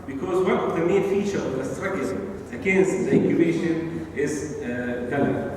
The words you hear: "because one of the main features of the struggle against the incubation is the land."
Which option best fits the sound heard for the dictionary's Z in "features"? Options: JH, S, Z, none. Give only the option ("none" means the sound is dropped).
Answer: none